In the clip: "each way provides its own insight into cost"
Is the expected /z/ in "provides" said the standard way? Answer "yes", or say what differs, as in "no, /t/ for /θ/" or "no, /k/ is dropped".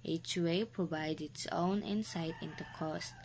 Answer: no, /z/ is dropped